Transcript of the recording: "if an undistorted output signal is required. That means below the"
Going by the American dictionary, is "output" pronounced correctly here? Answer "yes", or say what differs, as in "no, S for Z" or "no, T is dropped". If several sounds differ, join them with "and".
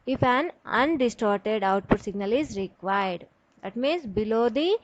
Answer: yes